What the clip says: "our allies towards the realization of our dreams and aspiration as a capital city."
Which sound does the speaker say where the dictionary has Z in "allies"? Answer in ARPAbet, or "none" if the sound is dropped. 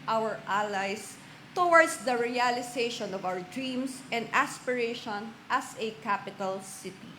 S